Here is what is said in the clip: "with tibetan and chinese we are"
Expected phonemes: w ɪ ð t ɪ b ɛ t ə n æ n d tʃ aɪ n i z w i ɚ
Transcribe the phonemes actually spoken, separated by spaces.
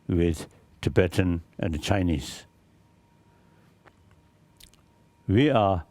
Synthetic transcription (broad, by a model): w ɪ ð t ɪ b ɛ t ə n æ n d tʃ aɪ n i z w i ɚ